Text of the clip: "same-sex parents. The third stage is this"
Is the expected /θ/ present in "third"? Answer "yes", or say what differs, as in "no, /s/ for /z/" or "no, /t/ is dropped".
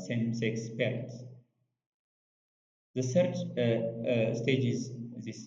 no, /s/ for /θ/